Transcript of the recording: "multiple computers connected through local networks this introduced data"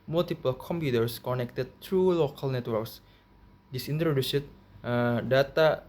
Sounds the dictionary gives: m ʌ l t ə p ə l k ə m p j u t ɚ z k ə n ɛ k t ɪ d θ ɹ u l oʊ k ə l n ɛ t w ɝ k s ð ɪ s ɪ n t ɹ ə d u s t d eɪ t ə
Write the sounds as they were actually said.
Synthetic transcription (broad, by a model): m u l t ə p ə l k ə m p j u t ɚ s k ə n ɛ k t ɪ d t ɹ u l oʊ k ə l n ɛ t w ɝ k s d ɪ s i n t ɹ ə d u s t d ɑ t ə